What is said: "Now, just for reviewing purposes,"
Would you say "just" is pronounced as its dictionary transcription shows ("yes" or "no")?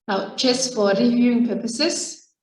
no